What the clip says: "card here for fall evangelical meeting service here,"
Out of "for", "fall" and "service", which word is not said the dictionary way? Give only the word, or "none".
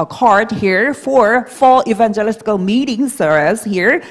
service